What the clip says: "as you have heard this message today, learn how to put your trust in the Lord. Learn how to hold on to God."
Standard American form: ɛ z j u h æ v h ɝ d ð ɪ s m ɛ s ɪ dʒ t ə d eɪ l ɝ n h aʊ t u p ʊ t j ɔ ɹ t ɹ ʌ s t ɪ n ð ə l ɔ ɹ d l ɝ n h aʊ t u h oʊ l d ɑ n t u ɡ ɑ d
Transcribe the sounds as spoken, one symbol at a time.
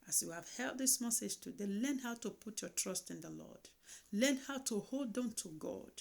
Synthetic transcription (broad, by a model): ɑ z j u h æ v h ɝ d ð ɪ s m ɛ s ɪ dʒ t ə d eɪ l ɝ n h aʊ t u p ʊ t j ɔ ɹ t ɹ ʌ s t ɪ n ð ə l ɔ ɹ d l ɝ n h aʊ t u h oʊ l d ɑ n t u ɡ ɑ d